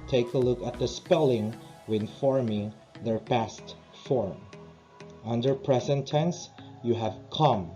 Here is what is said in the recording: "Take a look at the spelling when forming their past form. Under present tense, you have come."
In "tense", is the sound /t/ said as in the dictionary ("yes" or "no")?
yes